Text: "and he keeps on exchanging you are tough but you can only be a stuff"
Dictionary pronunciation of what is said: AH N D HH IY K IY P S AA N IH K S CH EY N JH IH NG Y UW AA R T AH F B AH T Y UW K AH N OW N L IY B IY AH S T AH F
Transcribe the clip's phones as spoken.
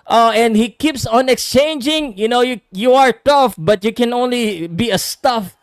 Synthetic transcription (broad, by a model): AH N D HH IY K IY P S AA N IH K S CH EY N JH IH NG Y UW AA R T AH F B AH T Y UW K AH N OW N L IY B IY AH S T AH F